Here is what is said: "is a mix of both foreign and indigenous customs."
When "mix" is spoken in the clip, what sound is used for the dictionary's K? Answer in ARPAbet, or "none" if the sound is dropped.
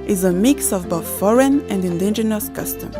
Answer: K